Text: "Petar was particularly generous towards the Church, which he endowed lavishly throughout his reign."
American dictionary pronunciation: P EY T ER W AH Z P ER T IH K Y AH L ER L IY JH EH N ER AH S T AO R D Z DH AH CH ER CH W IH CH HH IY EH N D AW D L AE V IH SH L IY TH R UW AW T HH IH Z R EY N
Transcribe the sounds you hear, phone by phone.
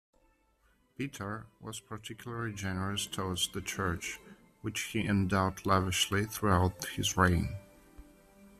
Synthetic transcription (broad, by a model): P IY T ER W AH Z P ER T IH K Y L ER L IY JH EH N ER AH S T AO W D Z DH AH CH ER CH W IH CH HH IY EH N D AW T L AE V IH SH L IY TH R UW AW T HH IH Z R EY N